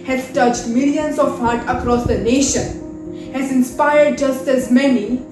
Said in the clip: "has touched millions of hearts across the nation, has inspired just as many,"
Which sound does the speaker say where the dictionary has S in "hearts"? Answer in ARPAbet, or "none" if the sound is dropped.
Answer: none